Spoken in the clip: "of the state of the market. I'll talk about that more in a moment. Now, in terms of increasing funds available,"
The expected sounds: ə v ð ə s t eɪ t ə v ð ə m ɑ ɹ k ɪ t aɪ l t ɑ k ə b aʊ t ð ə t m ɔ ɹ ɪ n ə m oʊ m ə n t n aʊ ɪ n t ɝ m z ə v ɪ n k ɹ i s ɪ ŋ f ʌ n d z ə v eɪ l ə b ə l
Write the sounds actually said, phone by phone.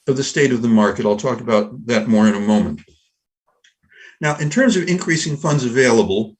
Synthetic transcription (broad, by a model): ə v ð ə s t eɪ t ə v ð ə m ɑ ɹ k ɪ t aɪ l t ɑ k ə b aʊ t ð ə t m ɔ ɹ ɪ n ə m oʊ m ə n t n aʊ ɪ n t ɝ m z ə v ɪ n k ɹ i s ɪ ŋ f ʌ n d z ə v eɪ l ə b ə l